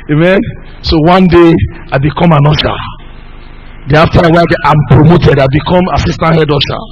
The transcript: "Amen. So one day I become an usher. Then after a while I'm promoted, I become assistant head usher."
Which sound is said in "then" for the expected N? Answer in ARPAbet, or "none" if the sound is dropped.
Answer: none